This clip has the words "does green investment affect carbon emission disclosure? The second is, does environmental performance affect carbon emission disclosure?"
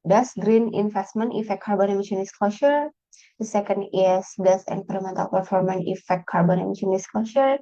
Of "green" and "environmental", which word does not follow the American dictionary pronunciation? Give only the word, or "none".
environmental